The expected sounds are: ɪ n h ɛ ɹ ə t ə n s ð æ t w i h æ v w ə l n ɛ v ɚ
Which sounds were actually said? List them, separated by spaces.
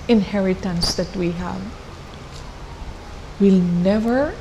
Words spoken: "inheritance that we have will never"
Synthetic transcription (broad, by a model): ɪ n h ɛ ɹ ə t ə n s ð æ t w i h æ v w ə l n ɛ v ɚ